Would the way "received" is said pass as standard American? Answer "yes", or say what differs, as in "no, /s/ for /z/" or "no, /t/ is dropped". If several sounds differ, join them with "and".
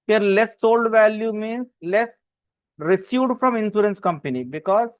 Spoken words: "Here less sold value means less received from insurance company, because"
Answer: no, /v/ is dropped